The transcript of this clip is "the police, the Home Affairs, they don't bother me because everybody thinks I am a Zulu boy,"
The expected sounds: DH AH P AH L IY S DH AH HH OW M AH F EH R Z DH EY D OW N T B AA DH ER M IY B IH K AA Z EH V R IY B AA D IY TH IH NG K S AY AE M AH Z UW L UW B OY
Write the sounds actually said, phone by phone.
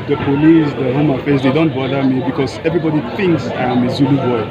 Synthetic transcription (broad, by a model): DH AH P AH L IY S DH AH HH OW M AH F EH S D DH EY D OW N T B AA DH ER M IY B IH K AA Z EH V R IY B AA D IY TH IH NG K S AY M AH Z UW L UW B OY